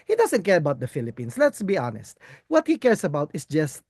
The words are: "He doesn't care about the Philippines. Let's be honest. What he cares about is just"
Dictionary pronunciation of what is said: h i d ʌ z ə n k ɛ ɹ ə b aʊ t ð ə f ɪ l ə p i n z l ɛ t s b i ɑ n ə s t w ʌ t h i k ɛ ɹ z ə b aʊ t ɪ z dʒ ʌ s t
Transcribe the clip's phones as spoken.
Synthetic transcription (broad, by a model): h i d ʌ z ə n k ɛ ɹ ə b aʊ t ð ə f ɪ l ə p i n s l ɛ t s b i ɑ n ə s t w ʌ t h i k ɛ ɹ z ə b aʊ t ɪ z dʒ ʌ s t